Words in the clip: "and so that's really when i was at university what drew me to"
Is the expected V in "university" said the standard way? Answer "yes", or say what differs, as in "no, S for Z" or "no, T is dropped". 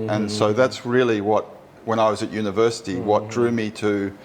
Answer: yes